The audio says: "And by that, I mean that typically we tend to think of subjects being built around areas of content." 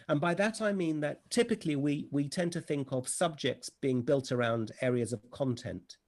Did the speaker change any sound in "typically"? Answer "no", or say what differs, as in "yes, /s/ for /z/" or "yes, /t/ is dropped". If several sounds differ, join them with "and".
yes, /w/ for /l/